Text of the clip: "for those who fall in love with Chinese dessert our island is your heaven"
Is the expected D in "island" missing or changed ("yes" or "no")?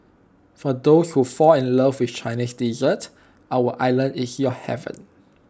yes